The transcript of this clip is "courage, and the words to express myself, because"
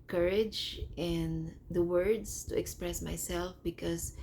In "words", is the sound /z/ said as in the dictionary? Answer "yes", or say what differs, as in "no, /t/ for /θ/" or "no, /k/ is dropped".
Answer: no, /s/ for /z/